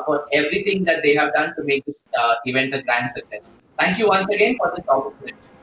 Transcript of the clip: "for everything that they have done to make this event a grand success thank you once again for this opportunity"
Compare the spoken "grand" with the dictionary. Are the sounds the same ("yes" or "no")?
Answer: yes